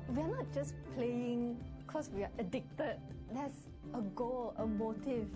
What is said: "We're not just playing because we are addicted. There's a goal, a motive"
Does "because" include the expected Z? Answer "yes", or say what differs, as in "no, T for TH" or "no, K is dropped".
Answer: no, S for Z